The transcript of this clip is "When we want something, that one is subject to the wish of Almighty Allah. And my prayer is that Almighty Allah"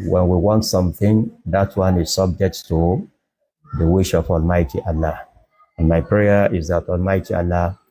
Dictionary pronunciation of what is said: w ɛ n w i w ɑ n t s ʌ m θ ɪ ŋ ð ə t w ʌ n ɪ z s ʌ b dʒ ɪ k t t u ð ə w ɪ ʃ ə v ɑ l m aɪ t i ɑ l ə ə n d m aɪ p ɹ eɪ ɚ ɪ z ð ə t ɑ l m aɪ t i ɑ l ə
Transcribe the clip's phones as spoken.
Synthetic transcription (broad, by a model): w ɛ n w i w ɑ n t s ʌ m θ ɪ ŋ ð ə t w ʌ n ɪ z s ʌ b dʒ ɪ k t t u ð ə w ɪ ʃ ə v ɑ l m aɪ t i ɑ l ə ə n m aɪ p ɹ eɪ ɚ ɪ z ð ə t ɑ l m aɪ t i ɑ l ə